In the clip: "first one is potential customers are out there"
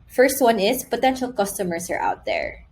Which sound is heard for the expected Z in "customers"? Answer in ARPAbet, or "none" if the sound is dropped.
S